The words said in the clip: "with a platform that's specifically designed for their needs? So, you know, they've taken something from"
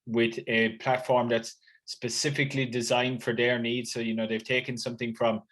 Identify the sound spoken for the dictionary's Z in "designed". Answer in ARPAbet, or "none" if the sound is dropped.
Z